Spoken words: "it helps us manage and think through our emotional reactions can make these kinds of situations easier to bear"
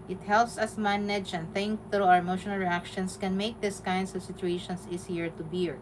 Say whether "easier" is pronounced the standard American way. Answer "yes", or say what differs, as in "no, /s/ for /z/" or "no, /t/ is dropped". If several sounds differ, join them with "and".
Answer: no, /s/ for /z/